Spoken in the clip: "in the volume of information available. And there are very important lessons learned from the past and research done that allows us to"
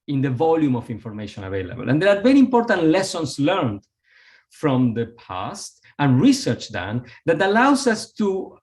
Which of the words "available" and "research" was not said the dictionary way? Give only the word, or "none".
none